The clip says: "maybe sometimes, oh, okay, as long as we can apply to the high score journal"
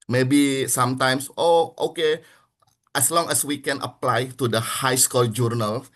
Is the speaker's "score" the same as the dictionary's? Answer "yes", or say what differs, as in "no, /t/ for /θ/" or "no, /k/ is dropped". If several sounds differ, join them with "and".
no, /l/ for /ɹ/